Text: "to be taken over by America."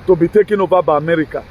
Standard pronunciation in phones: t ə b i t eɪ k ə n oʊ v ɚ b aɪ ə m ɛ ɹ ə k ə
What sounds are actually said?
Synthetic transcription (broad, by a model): t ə b i t eɪ k ə n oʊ b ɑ b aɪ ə m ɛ ɹ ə k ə